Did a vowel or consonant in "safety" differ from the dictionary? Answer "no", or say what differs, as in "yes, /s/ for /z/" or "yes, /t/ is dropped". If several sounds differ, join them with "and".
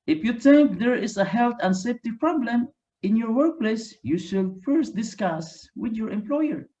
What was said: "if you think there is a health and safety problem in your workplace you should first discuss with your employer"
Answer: no